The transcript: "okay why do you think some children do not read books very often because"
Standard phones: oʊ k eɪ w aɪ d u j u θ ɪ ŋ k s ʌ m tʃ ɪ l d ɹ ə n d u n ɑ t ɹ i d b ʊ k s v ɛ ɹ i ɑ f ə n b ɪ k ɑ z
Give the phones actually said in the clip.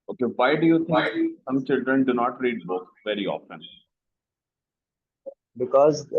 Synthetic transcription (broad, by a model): oʊ k eɪ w aɪ d u j u t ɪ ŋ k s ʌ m tʃ ɪ l d ɹ ə n d u n ɑ t ɹ i d b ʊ k v ɛ ɹ i ɑ f ə n b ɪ k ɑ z